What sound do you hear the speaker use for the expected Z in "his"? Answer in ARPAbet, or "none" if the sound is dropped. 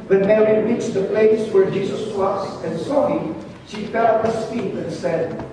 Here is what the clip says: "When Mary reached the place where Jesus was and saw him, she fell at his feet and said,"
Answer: S